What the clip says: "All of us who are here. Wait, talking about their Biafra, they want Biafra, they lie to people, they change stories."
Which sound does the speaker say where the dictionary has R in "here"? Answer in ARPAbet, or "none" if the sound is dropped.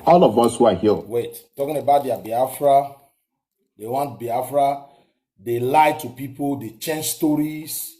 L